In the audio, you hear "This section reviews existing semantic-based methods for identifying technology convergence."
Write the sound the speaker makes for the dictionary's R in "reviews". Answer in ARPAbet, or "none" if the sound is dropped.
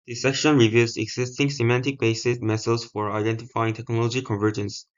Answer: R